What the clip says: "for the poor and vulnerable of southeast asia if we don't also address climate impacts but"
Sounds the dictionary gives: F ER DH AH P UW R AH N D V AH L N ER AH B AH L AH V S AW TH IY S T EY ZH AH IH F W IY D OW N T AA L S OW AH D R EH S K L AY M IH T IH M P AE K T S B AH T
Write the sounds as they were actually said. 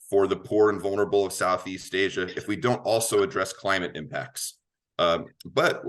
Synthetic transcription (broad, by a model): F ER DH AH P UW R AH N V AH L N ER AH B L AH V S AW TH IY S T EY ZH AH IH F W IY D OW N T AA L S OW AH D R EH S K L AY M IH T IH M P AE K T S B AH T